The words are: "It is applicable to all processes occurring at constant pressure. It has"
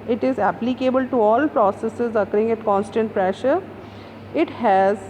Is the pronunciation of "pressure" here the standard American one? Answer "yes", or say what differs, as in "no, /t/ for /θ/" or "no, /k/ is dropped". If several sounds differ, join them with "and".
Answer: yes